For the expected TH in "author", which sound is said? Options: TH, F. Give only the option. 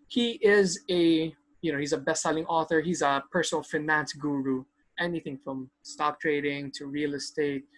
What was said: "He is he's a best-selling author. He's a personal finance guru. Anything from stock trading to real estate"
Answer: TH